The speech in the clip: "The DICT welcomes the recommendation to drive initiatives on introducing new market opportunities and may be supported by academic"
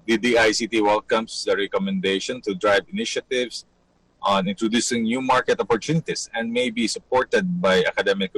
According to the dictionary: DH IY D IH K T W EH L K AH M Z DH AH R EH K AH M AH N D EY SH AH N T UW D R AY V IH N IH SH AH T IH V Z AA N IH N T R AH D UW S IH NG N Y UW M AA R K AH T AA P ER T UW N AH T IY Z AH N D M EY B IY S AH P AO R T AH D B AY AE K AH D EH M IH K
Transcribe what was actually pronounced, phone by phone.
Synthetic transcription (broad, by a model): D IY D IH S T W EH L K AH M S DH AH R EH K AH M AH N D EY SH AH N T UW D R AY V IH N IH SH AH T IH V S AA N IH N T R AH D UW S IH NG N Y UW M AA R K AH T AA P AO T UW N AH T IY S AH N D M EY B IY S AH P AO R T AH D B AY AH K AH D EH M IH K